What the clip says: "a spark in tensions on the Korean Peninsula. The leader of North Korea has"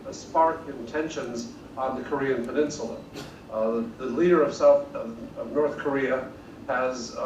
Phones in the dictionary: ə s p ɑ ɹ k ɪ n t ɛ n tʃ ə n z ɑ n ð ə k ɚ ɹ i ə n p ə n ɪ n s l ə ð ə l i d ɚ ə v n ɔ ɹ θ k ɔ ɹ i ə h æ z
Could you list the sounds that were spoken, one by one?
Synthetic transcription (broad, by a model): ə s p ɑ ɹ k ɪ n t ɛ n ʃ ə n z n ð ə k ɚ ɹ i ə n p ə n ɪ n s l ə ð ə l i d ɚ ə v n ɔ ɹ θ k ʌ ɹ i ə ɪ z